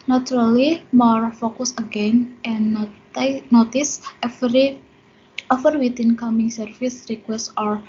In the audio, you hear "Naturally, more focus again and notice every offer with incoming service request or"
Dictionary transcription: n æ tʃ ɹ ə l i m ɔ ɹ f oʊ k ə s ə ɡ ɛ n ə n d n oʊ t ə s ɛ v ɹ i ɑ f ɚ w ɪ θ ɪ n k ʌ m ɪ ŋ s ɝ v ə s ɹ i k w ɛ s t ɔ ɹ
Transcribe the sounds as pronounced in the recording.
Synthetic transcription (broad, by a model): n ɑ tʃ ɹ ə l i m ɔ ɹ f oʊ k ə s ə ɡ ɛ n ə n n oʊ t ə s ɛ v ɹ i ɑ f ɚ w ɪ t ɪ n k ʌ m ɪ ŋ s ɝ f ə s ɹ i k w ɛ s t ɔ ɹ